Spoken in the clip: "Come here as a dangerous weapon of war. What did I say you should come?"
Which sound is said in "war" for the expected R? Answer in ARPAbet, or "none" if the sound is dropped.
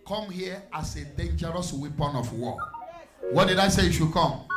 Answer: L